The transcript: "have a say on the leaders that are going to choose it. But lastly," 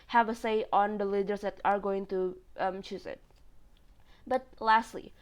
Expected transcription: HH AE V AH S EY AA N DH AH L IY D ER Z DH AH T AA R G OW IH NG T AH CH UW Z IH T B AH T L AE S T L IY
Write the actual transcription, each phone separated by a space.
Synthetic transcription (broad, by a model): HH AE V AH S EY AA N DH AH L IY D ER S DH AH T AA R G OW IH NG T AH CH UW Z IH T B AH T L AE S T L IY